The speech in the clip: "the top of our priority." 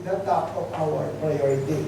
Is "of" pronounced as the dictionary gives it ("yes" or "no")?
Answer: no